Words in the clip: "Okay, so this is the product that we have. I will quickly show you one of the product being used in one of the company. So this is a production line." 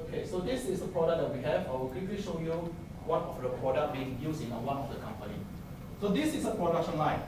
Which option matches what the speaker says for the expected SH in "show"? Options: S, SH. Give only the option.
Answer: SH